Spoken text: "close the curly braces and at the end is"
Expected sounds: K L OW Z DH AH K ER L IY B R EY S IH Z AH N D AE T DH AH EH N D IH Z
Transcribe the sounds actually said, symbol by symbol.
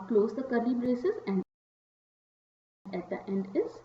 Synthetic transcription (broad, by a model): K L OW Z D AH K ER L IY B R EY S IH Z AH N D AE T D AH EH N D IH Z